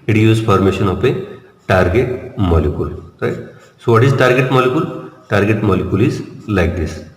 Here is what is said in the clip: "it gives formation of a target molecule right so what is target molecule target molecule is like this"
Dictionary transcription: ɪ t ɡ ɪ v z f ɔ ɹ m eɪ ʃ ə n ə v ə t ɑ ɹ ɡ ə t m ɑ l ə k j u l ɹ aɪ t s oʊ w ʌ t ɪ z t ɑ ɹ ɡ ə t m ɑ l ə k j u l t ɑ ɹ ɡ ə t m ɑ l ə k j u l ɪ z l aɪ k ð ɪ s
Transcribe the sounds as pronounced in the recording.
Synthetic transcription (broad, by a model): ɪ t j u z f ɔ ɹ m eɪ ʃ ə n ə p ə t ɑ ɹ ɡ ə t m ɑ l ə k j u l ɹ aɪ t s oʊ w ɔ t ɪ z t ɑ ɹ ɡ ə t m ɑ l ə k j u l t ɑ ɹ ɡ ə t m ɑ l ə k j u l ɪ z l aɪ k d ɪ s